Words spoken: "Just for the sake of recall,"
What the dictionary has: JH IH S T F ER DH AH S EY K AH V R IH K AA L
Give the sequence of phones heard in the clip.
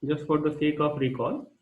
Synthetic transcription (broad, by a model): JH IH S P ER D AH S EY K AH P R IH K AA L